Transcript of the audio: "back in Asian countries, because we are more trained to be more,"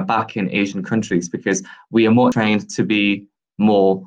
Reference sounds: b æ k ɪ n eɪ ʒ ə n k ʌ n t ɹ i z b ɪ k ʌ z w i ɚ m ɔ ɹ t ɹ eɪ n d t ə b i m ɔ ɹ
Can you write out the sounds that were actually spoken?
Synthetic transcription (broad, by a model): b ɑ k ɪ n eɪ ʒ ə n k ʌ n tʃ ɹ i z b ɪ k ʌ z w i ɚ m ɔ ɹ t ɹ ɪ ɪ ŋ t ə b i m ɔ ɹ